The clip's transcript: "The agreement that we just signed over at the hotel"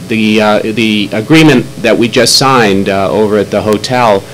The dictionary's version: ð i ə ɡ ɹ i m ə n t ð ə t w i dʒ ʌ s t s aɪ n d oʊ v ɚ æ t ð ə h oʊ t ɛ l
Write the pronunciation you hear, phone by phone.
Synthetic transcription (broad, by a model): ð i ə ɡ ɹ i m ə n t ð ə t w i dʒ ʌ s t s aɪ n d oʊ v ɚ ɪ t ð ə h oʊ t ɛ l